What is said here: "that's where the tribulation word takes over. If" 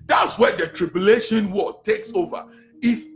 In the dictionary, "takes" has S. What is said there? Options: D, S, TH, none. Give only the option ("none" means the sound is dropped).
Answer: S